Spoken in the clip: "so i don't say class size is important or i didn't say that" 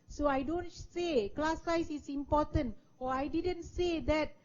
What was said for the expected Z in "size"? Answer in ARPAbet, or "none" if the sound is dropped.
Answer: S